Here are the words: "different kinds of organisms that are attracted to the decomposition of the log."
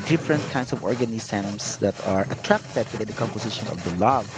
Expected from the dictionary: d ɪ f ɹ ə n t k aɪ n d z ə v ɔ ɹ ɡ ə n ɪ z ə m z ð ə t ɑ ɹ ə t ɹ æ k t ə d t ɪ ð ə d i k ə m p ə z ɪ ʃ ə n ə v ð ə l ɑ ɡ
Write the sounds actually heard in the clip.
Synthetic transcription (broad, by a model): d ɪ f ɹ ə n t k aɪ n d s ə v ɔ ɹ ɡ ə n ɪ s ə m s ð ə t ɑ ɹ ə t ɹ æ k t ə d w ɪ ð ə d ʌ k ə m p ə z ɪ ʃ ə n ə v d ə l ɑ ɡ